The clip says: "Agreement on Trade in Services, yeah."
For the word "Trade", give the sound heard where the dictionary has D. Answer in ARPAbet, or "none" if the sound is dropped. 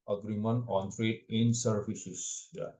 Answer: none